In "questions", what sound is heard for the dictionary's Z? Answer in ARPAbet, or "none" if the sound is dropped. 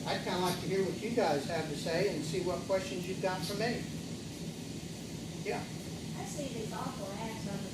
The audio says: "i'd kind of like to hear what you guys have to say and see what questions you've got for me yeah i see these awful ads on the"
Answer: Z